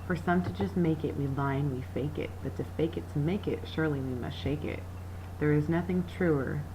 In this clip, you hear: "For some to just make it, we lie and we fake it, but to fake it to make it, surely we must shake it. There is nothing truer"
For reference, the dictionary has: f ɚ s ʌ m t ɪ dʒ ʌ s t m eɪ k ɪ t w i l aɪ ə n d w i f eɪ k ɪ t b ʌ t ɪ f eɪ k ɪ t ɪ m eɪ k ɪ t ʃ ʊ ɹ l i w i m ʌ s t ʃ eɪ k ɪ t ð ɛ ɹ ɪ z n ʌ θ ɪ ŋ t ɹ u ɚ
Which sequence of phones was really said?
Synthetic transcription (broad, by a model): f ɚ s ʌ m t ɪ dʒ ʌ s t m eɪ k ɪ t w i l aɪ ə n w i f eɪ k ɪ t b ʌ t ɪ f eɪ k ɪ t ɪ m eɪ k ɪ t ʃ ʊ ɹ l i w i m ʌ s t ʃ eɪ k ɪ t ð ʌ ɹ ɪ z n ʌ θ ɪ ŋ t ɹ u ɚ